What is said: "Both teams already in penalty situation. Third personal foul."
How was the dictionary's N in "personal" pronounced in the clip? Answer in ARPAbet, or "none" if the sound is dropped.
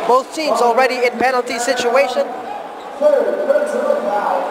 none